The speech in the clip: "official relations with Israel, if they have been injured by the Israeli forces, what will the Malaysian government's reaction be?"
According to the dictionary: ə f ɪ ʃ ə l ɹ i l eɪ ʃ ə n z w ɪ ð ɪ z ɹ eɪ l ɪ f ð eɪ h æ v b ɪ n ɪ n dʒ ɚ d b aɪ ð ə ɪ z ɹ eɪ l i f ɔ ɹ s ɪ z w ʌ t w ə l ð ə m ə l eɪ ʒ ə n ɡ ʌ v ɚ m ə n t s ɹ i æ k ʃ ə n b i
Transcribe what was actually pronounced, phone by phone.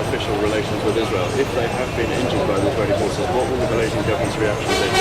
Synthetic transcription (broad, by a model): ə f ɪ ʃ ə l ɹ i l eɪ ʃ ə n z w ɪ ð ɪ z ɹ eɪ l ɪ f ð eɪ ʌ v b ɪ n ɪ n dʒ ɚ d b aɪ ð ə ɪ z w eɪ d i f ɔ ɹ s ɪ w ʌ t w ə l ð ə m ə l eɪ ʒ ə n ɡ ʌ v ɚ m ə n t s ɹ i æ k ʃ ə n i